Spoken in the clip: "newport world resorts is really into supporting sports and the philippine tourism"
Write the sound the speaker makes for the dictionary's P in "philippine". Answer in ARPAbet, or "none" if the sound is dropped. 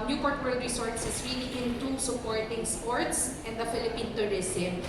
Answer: P